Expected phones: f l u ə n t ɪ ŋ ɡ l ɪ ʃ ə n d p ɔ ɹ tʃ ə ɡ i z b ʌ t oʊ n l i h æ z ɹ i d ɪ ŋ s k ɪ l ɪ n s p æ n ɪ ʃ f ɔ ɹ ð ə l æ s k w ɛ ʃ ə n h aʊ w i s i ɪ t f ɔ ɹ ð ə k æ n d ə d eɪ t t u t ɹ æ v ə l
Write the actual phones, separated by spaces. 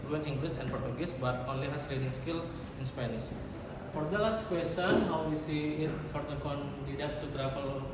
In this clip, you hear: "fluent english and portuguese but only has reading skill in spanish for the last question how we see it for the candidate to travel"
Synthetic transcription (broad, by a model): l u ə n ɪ ŋ ɡ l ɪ s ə n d p ɔ ɹ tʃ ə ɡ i s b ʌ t oʊ n l i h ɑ s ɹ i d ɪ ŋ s k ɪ l ɪ n s p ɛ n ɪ s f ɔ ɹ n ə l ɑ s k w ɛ s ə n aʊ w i s i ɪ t f ɔ ɹ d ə k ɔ n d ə d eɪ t t u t ɹ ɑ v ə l